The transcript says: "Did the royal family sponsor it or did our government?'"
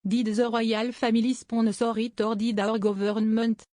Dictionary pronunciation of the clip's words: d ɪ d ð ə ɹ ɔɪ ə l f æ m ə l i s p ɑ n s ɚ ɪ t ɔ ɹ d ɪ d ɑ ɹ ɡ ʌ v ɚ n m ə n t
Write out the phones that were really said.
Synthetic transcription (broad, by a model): d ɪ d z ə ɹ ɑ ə l f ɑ m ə l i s p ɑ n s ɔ ɪ t ɔ ɹ d ɪ d ɑ ɹ ɡ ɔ v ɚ n m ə n t